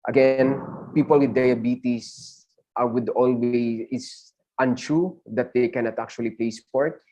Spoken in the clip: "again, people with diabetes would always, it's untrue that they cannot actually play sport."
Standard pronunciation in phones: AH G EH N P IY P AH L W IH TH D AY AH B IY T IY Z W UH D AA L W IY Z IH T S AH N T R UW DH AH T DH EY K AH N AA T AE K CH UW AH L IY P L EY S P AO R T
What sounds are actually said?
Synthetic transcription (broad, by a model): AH G EH N P IY P AH L W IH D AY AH B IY T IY S W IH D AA L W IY IH T S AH N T R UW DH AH T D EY K AH N AA T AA K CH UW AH L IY P L EY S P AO R T